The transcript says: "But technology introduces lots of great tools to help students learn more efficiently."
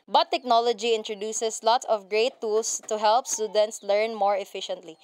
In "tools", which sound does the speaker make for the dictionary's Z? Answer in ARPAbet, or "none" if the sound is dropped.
S